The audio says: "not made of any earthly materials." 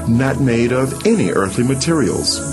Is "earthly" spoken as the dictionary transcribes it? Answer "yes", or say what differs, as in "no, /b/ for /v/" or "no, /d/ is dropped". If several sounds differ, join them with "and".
yes